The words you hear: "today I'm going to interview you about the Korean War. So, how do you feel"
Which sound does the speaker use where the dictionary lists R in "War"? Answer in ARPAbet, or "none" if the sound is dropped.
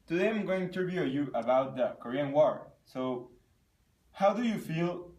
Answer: R